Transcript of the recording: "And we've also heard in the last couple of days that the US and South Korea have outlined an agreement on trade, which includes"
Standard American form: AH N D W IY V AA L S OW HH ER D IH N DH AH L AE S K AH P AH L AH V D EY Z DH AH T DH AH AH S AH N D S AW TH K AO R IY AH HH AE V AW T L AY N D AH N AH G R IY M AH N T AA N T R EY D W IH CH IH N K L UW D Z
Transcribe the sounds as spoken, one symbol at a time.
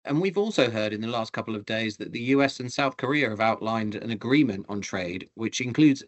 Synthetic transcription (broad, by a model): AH N W IY V AA L S OW HH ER D IH N DH AH L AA S K AH P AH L AH V D EY Z DH AH T DH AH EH S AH N S AW TH K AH R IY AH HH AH V AW T L AY N D AH N AH G R IY M AH N T N T R EY D W IH CH IH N K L UW D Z